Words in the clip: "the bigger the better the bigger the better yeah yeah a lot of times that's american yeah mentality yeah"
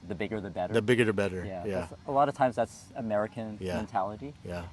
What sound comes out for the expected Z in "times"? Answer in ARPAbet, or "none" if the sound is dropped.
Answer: Z